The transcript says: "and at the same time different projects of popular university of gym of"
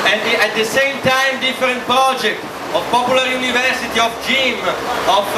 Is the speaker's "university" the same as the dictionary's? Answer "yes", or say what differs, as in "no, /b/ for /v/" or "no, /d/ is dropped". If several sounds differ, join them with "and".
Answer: yes